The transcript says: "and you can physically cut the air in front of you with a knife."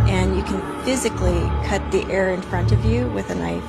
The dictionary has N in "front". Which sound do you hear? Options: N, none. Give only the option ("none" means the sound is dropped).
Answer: N